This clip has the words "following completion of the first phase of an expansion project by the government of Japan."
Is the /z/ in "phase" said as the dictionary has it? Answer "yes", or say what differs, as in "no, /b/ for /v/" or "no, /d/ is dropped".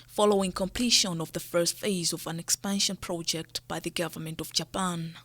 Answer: yes